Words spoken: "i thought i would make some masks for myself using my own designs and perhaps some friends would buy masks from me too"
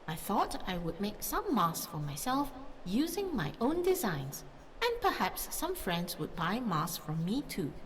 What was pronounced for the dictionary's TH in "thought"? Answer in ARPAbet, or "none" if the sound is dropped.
TH